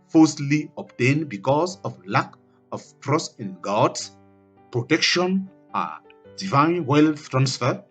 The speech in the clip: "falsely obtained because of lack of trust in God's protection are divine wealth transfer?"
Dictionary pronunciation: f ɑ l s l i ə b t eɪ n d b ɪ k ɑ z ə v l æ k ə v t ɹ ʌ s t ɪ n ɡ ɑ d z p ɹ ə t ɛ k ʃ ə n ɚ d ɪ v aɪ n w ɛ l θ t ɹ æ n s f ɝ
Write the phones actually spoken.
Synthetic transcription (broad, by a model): f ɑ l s l i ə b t eɪ n b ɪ k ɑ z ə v l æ k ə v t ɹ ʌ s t ɪ n ɡ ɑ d s p ɹ ə t ɛ k ʃ ə n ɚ d ɪ v aɪ n w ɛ l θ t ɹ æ n s f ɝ